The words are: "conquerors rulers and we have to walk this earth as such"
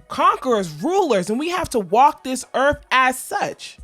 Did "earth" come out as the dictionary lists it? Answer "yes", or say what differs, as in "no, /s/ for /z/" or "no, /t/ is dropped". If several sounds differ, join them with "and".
yes